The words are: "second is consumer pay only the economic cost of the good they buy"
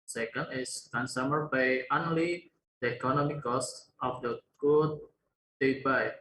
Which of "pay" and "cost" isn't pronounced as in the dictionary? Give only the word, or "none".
pay